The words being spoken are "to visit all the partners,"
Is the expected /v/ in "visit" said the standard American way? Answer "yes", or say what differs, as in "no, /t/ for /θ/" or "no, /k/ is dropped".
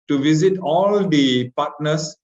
yes